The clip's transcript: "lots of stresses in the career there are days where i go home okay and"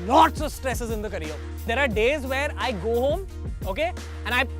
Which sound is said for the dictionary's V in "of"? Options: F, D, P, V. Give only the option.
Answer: V